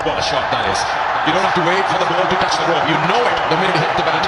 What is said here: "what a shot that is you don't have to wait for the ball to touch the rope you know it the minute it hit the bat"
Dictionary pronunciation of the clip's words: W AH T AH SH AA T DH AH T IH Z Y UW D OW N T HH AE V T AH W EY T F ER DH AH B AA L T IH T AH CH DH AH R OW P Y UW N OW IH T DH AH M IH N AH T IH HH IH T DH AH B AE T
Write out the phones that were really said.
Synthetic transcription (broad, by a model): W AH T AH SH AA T DH AH T IH Z Y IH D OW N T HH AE F T AH W EY T F ER DH AH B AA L T IH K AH CH DH AH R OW Y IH N OW IH T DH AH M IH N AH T IH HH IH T DH AH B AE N